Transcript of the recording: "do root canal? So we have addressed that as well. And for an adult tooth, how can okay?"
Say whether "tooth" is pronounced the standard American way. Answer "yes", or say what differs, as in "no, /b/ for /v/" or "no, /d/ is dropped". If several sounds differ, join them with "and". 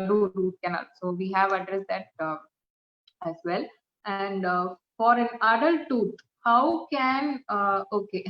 no, /t/ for /θ/